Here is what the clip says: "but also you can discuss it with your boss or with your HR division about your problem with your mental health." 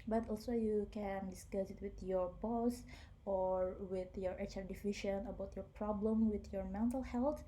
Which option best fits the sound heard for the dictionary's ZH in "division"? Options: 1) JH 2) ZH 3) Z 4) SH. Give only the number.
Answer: 4